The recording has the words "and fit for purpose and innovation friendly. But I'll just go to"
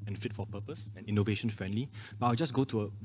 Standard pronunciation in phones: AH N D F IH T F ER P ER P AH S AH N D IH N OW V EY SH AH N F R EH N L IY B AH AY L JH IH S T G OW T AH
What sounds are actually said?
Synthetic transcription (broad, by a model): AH N F IH T F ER P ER P AH S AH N IH N OW V EY SH AH N F R EH N L IY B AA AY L JH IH S G OW T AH